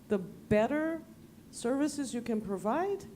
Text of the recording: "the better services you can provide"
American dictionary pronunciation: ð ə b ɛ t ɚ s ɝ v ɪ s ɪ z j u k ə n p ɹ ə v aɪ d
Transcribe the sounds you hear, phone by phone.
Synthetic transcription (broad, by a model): ð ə b ɛ t ɚ s ɝ v ɪ s ɪ z j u k ə n p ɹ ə v aɪ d